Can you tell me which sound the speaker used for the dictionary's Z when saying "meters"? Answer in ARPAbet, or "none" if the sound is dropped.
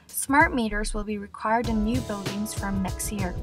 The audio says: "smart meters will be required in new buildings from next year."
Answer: Z